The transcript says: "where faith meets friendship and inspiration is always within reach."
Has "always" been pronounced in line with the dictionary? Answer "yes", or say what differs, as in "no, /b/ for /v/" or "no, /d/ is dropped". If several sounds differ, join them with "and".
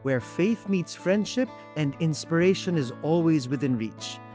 yes